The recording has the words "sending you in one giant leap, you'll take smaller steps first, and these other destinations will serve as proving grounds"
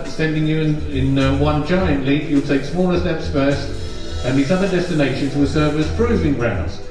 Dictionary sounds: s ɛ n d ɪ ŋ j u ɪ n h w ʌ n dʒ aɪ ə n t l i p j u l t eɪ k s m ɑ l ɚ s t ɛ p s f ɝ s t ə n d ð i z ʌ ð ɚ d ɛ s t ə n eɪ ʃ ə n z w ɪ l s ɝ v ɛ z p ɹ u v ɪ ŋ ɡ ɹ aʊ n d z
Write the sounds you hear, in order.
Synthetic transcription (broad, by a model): s ɛ n d ɪ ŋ j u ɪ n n w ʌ n dʒ aɪ ə n t l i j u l t eɪ k s m ɑ l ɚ s t ɛ p s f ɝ s t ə n ð i z ʌ ð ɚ d ɛ s t ə n eɪ ʃ ə n z w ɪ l s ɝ v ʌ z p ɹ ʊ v ɪ ŋ ɡ ɹ aʊ n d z